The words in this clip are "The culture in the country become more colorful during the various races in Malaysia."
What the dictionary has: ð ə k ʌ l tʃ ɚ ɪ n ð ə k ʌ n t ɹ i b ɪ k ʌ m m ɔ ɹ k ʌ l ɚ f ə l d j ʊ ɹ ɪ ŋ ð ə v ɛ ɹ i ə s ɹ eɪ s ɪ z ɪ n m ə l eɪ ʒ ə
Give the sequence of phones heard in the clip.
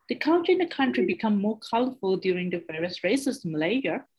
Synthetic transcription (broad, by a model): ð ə k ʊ n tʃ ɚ ɪ n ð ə k ʌ n t ɹ i b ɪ k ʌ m m ɔ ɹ k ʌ l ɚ f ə l d j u ɹ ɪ ŋ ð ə v ɛ ɹ i ə s ɹ eɪ ɪ s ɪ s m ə l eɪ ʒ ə